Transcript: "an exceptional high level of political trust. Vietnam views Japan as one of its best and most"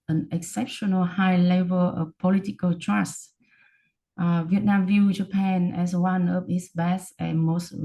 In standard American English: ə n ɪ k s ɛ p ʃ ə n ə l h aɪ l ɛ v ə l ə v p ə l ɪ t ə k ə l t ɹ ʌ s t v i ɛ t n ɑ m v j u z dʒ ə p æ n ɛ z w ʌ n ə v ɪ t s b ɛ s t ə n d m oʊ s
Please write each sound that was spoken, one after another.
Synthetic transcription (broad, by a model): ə n ɪ k s ɛ p ʃ ə n ə l h aɪ l ɛ v ə l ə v p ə l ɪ t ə k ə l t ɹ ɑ s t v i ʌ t n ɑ m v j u dʒ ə p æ n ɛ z w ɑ n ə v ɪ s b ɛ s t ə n m oʊ s